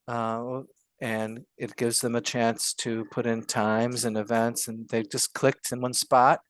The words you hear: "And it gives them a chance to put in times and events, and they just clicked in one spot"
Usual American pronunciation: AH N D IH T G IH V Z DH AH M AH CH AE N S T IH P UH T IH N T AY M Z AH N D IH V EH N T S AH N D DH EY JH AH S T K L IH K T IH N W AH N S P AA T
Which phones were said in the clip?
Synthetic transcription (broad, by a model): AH N IH T G IH V Z DH AH M AH CH AE N S T IH P UH T IH N T AY M Z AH N IH V EH N T S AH N DH EY JH AH S K L IH K T IH N W AH N S P AA T